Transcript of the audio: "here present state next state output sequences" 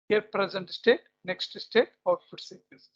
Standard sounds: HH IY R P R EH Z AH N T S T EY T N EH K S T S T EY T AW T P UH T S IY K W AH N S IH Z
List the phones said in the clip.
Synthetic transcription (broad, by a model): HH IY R P R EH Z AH N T S T EY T N EH K S T S T EY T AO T F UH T S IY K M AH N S